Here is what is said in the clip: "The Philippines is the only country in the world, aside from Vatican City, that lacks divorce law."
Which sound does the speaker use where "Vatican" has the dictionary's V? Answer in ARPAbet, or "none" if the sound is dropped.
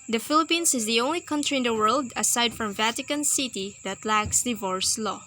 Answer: V